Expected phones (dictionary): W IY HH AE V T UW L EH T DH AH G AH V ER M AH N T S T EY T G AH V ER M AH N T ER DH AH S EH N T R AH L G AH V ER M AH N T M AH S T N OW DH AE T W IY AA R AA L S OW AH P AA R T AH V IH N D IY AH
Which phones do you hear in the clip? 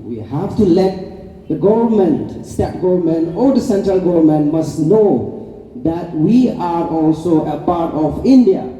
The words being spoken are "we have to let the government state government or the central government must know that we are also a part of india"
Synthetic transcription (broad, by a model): W IY HH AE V T UW L EH T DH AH G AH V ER M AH N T S T EY T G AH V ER M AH N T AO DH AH S EH N T R AH L G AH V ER M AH N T M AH S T N OW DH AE T W IY AA R AA L S OW AH P AA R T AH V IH N D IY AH